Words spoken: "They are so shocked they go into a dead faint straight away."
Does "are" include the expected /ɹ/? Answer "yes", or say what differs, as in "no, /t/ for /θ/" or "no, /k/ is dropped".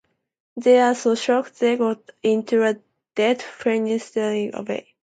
no, /l/ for /ɹ/